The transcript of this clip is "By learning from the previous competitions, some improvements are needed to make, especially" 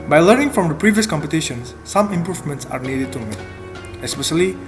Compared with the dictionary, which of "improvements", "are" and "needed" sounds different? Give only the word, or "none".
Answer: none